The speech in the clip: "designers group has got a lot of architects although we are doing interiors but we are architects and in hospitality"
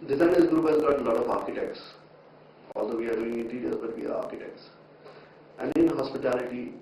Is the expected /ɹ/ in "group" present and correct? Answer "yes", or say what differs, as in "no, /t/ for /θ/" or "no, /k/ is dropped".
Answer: no, /ɹ/ is dropped